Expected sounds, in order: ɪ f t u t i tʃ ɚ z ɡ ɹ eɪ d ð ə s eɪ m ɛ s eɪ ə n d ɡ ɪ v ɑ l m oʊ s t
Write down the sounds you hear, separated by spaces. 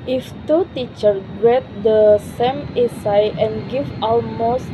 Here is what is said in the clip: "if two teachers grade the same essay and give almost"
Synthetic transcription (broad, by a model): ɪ f t u t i tʃ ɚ ɡ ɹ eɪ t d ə s eɪ m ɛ s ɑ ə n ɡ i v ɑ l m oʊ s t